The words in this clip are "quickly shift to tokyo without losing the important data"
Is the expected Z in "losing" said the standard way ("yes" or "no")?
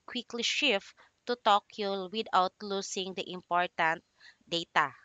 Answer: no